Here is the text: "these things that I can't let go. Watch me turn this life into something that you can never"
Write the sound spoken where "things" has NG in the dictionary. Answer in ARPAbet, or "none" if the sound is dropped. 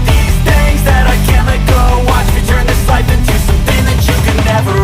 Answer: none